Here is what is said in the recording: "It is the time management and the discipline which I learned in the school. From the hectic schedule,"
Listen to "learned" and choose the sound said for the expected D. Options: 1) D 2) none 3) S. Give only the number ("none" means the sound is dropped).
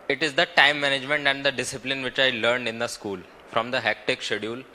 1